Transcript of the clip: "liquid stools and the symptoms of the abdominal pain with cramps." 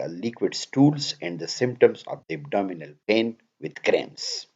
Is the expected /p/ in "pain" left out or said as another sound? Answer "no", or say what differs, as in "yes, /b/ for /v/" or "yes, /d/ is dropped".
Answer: no